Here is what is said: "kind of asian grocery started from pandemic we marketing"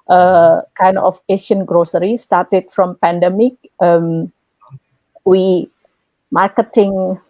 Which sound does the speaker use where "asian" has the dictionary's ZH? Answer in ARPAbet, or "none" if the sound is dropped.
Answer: SH